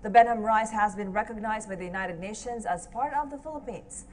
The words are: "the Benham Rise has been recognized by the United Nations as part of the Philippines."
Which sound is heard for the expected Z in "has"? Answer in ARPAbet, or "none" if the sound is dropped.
Z